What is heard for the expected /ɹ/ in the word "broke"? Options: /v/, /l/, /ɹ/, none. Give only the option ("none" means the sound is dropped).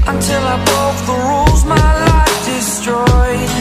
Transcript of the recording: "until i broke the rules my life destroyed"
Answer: none